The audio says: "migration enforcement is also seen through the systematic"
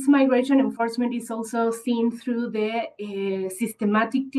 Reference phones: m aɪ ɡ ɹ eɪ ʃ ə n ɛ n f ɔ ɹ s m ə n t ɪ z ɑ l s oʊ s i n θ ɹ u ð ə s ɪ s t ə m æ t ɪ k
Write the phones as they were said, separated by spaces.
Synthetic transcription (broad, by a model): m aɪ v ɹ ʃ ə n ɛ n f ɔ ɹ s m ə n t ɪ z ɑ l s oʊ s i n t ɹ u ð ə s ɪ s t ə m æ t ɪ k